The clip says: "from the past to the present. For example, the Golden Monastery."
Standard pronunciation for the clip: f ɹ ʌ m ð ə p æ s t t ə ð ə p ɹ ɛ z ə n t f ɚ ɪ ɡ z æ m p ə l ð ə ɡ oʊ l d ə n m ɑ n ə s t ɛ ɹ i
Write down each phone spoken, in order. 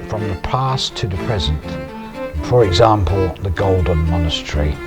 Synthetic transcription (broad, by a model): f ɹ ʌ m ð ə p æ s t t ə ð ə p ɹ ɛ z ə n t f ɚ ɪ ɡ z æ m p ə l ð ə ɡ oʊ l d n m ɑ n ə s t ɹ i